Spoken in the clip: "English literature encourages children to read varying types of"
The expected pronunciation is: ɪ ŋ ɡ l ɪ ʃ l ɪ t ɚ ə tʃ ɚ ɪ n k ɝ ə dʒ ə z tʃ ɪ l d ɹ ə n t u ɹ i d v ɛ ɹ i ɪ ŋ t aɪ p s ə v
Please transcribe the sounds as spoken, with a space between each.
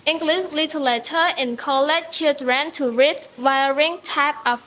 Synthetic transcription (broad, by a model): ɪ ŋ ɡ l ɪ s l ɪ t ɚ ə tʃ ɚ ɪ n k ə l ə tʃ tʃ ɪ l d ɹ ə n t u ɹ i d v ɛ ɹ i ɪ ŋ t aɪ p ə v